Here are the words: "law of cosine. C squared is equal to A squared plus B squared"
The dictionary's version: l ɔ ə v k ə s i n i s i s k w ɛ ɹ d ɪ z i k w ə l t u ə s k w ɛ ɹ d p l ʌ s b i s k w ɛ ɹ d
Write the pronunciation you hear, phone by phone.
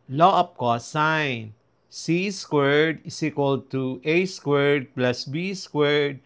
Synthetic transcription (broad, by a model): l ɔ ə p k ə s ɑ n s i s k w ɛ ɹ d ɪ s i k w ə l t u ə s k w ɛ ɹ d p l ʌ s b i s k w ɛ ɹ d